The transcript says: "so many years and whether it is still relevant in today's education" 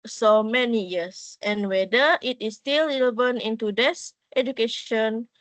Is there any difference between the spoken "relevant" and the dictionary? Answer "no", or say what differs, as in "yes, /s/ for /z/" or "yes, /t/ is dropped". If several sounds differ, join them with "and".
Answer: yes, /t/ is dropped